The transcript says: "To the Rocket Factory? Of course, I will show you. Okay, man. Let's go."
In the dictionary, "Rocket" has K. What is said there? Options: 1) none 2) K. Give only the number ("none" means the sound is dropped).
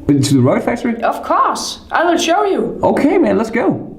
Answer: 1